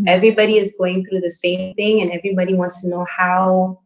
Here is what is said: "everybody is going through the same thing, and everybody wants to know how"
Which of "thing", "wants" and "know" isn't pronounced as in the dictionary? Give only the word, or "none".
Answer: none